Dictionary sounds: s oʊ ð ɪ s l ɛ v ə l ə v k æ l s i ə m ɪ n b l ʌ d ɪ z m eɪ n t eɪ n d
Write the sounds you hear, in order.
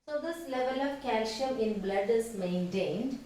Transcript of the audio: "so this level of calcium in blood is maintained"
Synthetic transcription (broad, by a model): s oʊ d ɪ s l ɛ v ə l ə v k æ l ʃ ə ɪ n b l ʌ d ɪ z m eɪ n t eɪ n d